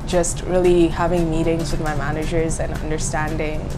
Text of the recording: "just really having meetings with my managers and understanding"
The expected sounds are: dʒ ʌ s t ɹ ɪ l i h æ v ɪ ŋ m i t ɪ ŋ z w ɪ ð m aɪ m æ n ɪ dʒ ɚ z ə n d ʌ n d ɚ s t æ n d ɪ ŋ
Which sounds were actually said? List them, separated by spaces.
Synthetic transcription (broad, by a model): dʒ ʌ s t ɹ ɪ l i h æ v ɪ ŋ m i t ɪ ŋ z w ɪ ð m aɪ m æ n ɪ dʒ ɚ z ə n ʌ n d ɚ s t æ n d ɪ ŋ